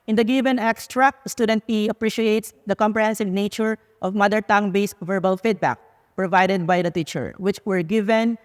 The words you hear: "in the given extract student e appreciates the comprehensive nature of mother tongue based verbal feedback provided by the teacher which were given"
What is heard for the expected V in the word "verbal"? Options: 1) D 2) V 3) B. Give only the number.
2